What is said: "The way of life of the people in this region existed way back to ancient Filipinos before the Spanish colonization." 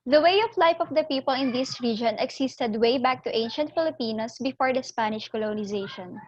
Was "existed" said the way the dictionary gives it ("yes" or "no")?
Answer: no